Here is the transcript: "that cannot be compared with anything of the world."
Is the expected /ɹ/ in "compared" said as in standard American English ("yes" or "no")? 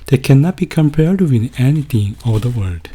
yes